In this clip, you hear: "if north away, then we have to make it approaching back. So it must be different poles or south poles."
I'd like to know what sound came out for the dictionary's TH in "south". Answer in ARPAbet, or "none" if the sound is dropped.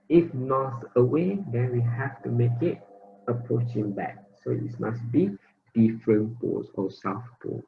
F